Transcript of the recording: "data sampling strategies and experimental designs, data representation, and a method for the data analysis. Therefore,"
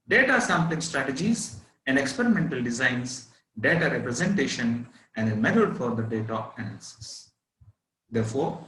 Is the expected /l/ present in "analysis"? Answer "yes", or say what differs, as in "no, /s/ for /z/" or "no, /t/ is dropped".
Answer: no, /n/ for /l/